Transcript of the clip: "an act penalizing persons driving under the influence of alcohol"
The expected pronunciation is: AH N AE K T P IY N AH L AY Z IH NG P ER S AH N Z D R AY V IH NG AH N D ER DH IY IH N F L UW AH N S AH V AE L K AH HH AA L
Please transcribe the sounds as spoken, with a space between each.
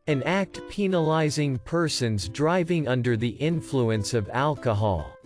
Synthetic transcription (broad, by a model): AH N AE K T P IY N AH L AY Z IH NG P ER S AH N Z D R AY V IH NG AH N D ER DH IY IH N F L UW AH N S AH V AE L K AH HH AA L